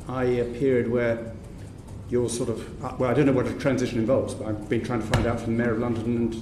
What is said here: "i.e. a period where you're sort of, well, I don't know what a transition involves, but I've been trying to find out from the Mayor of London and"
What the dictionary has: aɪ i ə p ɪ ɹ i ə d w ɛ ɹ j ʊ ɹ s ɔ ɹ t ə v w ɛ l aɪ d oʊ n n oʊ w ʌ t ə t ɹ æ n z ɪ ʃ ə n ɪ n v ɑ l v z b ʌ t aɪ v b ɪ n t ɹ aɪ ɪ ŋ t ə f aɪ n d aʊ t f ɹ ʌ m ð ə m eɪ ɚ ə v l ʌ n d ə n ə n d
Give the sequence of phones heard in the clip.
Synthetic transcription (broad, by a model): aɪ ə p ɪ ɹ i ə d w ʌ ɹ j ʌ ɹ s ɔ ɹ t ə v w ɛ l aɪ d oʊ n n oʊ w ʌ t ə t ɹ æ n z ɪ ʃ ə n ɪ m v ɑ l v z b ʌ t aɪ v b ɪ n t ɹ aɪ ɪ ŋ t ə f aɪ n d aʊ t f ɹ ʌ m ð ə m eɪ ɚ ə v l ʌ n d ə n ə n